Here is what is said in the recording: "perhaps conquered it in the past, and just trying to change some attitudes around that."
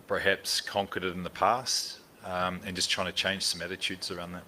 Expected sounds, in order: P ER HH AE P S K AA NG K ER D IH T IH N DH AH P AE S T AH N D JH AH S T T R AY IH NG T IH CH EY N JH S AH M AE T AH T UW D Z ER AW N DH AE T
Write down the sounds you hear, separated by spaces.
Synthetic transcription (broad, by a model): P ER HH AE P S K AA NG K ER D IH T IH N DH AH P AE S T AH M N JH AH S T T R AY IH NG T IH CH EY N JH S AH M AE T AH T UW D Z ER AW N DH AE T